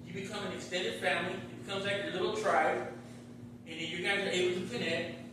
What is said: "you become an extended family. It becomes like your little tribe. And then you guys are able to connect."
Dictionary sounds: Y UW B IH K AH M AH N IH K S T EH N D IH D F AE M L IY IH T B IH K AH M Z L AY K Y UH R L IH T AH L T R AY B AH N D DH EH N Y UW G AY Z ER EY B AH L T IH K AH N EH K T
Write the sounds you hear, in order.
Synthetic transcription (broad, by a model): Y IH B IH K AH M AH N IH K S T EH N D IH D F AE M L IY IH T B IH K AH M Z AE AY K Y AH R L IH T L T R AY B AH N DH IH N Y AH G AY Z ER EY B L T IH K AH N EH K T